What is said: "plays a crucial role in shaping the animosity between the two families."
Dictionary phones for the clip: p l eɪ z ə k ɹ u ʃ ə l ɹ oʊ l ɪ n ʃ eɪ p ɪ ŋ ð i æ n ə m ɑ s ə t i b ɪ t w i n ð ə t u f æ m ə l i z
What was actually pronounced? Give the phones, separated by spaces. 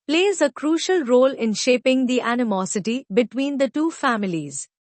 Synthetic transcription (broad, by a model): p l eɪ z ə k ɹ u ʃ ə l ɹ oʊ l ɪ n ʃ eɪ p ɪ ŋ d i æ n ə m ɑ s ə t i b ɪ t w i n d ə t u f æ m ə l i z